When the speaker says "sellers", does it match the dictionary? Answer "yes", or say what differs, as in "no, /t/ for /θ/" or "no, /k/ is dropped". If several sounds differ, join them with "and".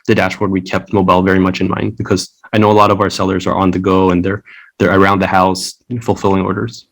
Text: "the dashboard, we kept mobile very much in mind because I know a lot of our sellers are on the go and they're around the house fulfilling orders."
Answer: yes